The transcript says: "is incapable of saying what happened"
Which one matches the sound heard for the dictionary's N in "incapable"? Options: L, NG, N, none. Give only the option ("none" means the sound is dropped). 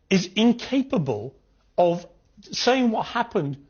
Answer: N